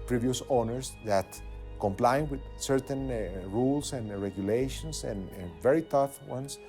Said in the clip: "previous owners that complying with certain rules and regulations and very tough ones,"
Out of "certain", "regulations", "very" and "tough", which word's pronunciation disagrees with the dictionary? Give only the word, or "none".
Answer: regulations